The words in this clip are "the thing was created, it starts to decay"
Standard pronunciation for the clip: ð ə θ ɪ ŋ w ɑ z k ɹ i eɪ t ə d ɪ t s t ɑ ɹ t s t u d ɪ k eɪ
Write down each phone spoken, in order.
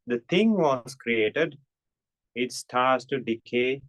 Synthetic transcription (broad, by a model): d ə t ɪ ŋ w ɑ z k ɹ i eɪ t ə d ɪ t s t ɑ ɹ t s t u d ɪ k eɪ